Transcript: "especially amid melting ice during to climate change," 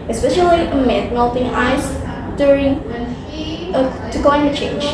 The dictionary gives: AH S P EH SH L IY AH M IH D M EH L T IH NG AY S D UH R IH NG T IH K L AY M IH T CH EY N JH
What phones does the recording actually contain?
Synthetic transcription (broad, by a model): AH S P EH SH L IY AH M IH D M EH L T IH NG AY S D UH R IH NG T IH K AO IH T CH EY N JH